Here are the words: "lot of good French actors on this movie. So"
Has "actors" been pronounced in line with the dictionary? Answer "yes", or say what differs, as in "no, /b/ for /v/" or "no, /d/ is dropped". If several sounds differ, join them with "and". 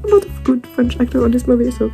no, /z/ is dropped